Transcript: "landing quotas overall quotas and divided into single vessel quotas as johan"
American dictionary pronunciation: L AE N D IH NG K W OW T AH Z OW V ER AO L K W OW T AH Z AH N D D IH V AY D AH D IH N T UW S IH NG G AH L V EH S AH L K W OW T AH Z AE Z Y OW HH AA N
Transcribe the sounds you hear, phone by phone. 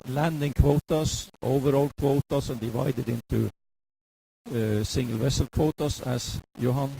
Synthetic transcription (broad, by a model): L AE N D IH NG K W OW T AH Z OW V ER AO L K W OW T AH S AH N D D IH V AY D AH D IH N T UW S IH NG G AH L V EH S AH L K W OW T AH S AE S Y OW HH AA N